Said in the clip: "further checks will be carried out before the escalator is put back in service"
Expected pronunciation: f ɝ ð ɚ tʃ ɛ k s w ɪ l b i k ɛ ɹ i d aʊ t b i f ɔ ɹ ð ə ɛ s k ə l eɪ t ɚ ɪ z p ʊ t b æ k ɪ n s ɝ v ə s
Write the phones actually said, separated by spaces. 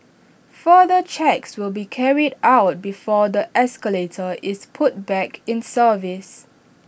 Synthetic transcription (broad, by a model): f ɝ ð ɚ tʃ ɛ k s w ɪ l b i k ɛ ɹ i d aʊ t b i f ɔ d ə ɛ s k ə l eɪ t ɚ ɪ s p ʊ t b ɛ k ɪ n s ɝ v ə s